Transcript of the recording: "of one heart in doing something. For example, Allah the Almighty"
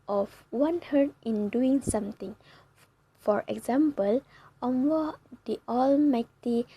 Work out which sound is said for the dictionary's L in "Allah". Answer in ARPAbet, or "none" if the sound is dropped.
W